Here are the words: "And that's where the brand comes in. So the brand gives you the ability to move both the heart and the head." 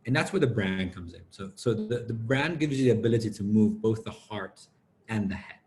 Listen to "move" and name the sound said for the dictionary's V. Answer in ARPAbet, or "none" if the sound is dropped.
V